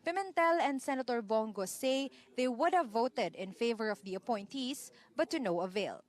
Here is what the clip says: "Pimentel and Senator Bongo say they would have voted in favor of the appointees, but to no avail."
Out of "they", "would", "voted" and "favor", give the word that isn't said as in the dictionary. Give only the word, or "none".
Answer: none